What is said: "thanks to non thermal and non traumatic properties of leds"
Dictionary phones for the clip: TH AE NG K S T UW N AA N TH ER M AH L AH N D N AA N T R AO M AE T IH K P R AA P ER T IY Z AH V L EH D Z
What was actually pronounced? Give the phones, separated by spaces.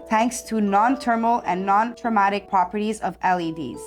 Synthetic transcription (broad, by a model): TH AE NG K S T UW N AA N T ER M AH L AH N N AA N T R AO M AE T IH K P R AA P ER T IY Z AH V L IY D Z